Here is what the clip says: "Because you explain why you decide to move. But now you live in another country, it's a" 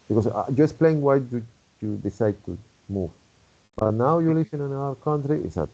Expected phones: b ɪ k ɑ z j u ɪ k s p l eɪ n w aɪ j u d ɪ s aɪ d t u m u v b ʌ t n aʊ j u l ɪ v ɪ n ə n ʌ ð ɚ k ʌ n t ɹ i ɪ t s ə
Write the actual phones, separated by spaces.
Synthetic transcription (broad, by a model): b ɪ k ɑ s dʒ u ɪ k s p l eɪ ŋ w aɪ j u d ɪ s aɪ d t u m u v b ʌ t n aʊ j u l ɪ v ɪ n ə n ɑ ɚ k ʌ n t ɹ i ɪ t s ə